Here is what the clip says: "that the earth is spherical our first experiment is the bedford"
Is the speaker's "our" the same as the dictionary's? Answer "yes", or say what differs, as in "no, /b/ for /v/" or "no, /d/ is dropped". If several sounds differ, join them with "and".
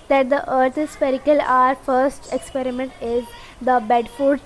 yes